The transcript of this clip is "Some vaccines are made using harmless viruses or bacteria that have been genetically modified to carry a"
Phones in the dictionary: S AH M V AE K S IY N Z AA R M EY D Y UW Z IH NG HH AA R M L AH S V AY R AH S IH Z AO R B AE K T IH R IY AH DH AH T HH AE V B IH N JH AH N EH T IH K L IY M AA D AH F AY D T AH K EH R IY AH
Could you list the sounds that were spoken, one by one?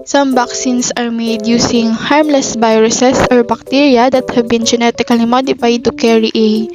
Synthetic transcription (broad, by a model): S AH M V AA K S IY N S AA R M EY D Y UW S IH NG HH AA R M L AH S B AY R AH S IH S AO R B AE K T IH R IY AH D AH T HH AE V B IH N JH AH N EH T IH K L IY M AA D AH F AY D T AH K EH R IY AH